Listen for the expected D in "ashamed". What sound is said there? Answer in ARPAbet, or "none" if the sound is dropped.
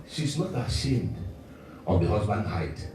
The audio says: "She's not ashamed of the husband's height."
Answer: D